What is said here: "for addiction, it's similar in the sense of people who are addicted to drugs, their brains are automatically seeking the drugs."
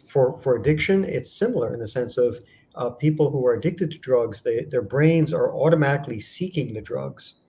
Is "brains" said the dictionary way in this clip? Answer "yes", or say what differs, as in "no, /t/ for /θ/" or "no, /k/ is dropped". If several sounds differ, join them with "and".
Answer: yes